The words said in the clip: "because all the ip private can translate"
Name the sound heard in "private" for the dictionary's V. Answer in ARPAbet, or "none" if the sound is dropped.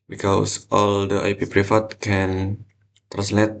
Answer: F